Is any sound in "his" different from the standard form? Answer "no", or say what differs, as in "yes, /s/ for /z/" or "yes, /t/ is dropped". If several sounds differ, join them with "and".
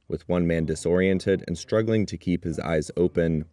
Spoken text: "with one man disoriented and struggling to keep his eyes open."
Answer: no